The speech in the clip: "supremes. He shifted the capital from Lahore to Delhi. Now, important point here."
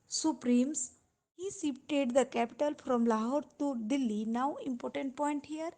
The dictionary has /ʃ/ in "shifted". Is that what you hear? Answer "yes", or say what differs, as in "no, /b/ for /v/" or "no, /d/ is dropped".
no, /s/ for /ʃ/